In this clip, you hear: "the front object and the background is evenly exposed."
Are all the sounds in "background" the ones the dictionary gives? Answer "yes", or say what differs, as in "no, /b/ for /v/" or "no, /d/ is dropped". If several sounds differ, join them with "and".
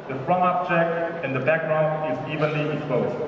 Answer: no, /d/ is dropped